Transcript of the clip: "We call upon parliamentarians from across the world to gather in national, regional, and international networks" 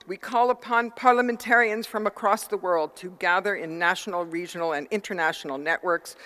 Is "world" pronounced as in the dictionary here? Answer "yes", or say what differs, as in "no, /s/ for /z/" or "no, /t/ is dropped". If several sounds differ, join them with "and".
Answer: yes